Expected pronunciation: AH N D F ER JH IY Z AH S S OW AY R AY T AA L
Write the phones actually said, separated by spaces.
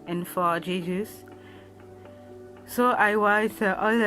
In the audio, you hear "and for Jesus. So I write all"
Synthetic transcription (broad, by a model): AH N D F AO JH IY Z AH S S OW AY W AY T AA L